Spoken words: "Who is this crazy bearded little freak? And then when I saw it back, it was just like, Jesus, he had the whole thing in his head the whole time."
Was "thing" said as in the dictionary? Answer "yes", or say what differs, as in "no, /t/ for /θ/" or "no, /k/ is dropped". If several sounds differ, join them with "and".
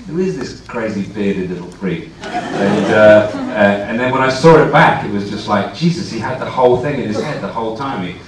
yes